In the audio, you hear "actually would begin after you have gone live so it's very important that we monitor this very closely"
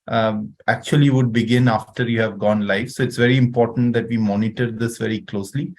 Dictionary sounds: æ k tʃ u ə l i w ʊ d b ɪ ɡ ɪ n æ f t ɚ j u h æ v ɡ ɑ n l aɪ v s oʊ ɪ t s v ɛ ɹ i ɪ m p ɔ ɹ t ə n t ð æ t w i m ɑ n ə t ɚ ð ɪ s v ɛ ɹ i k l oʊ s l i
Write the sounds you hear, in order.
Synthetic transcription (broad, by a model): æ k tʃ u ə l i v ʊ d b ɪ ɡ ɪ n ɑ f t ɚ j u h æ v ɡ ɑ n l aɪ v s oʊ ɪ t s v ɛ ɹ i ɪ m p ɔ ɹ t ə n t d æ t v i m ɑ n ə t ɚ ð ɪ s v ɛ ɹ i k l oʊ s l i